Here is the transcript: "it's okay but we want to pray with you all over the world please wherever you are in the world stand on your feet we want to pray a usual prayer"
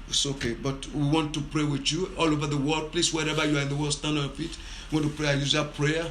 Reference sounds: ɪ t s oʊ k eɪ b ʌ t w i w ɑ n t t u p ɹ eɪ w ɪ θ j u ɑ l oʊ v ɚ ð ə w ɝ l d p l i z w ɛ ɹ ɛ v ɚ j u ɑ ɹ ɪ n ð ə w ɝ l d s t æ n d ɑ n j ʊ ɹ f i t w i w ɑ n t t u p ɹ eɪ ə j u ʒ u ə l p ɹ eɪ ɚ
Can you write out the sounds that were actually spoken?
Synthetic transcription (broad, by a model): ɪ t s oʊ k eɪ b ʌ t w i w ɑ n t t u p ɹ eɪ w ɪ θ j u ɑ l oʊ v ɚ ð ə w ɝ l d p l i s w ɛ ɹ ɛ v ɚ j u ɑ ɹ ɪ n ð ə w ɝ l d s t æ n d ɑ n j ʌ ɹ f i t w i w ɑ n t t u p ɹ eɪ ə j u z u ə p ɹ eɪ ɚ